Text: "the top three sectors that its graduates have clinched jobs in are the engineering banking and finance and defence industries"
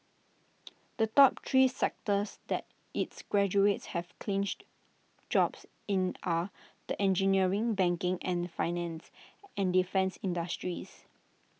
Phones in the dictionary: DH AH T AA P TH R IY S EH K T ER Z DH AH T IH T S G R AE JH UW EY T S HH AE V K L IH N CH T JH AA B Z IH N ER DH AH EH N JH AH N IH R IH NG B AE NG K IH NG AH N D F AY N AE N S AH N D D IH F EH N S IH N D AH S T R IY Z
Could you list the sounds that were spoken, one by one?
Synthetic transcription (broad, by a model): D AH T AA P T R IY S EH K T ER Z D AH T IH T S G R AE JH UW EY T S HH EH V K L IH N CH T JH AA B S IH N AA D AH EH N JH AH N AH R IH NG B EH NG K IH NG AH N F AY N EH N S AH N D D IH F EH N S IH N D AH S T R IY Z